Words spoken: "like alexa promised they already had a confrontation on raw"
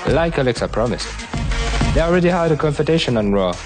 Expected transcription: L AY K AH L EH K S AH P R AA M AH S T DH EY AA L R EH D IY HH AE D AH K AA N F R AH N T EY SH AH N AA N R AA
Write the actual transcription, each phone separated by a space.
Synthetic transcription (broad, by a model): L AY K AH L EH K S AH P R AA M AH S T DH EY AA L R EH D IY HH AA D AH K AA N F AH T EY SH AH N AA N R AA